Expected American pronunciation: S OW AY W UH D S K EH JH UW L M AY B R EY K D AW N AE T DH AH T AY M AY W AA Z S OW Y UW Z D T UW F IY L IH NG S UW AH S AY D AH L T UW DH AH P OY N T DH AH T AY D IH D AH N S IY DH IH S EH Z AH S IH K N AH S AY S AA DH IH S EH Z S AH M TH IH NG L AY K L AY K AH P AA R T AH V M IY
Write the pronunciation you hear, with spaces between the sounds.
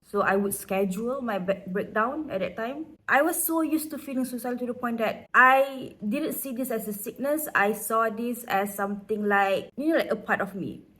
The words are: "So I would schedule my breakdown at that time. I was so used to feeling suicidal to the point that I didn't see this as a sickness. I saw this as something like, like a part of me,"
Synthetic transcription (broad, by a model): S OW AY W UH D S K EH JH UW L M AY B R EY K D AW N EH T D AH T AY M AY W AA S S OW Y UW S T UW F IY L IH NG S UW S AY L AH T UW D AH P OY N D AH T AY D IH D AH N S IY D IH S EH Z AH S IH K N AH S AY S AA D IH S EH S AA M T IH NG L AY K L AY K AH P AA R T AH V M IY